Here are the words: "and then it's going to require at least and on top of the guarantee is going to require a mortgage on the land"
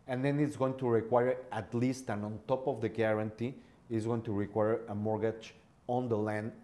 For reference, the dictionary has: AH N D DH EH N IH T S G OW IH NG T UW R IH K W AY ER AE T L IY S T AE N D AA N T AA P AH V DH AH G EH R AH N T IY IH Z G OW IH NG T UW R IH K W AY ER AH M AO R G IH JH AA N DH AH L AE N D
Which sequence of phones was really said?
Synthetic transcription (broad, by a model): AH N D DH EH N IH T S G OW IH NG T UW R IH K W AY ER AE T L IY S T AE N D AA N T AA P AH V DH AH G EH R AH N T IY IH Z G OW IH NG T UW R IH K W AY ER AH M AO R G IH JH AA N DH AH L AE N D